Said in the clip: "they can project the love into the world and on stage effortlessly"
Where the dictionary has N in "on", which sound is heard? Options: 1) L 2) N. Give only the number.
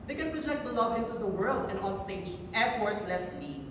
1